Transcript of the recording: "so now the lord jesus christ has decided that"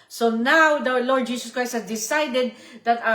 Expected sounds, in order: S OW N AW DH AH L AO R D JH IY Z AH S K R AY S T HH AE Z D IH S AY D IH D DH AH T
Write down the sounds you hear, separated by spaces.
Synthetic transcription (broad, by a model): S OW N AW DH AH L AO R D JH IY S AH S K R AY S T HH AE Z D IH S AY D IH D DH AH T